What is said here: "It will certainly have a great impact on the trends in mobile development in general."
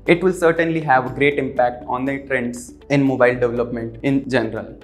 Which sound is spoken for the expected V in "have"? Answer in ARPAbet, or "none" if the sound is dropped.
V